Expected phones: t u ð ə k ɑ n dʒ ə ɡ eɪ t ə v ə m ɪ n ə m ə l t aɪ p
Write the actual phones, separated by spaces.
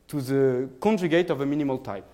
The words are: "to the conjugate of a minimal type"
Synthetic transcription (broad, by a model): t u ð ə k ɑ n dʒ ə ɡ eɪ t ə v ə m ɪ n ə m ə l t aɪ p